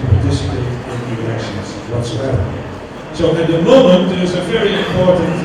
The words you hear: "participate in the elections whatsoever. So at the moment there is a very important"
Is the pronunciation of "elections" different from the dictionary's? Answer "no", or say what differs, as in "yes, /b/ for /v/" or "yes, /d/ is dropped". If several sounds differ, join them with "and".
yes, /l/ is dropped